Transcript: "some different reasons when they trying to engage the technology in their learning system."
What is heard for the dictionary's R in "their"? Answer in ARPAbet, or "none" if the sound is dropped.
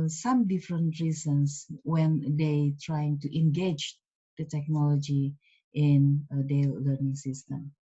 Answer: L